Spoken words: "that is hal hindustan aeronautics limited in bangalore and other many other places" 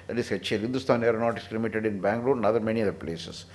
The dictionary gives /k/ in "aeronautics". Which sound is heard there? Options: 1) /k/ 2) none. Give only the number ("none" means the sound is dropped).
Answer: 2